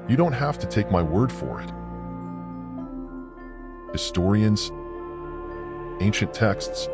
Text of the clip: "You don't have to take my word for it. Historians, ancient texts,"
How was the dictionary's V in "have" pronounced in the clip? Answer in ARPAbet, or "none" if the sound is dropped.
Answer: F